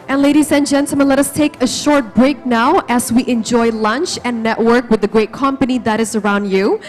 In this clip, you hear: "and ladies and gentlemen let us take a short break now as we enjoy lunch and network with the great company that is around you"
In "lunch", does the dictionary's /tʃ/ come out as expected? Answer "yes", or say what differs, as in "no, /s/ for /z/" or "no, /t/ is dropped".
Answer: yes